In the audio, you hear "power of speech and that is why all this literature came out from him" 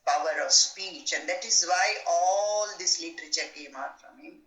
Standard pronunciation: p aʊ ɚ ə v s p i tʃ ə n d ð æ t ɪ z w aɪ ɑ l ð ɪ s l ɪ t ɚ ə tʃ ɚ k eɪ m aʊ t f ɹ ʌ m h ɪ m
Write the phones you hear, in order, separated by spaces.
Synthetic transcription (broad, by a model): p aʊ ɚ ə v s p i tʃ ə n d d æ t ɪ z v aɪ ɑ l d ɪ s l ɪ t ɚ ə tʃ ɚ k eɪ m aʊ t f ɹ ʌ m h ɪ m